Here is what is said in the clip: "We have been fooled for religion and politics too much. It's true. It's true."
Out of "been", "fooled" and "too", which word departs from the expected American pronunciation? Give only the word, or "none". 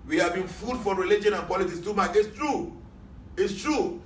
fooled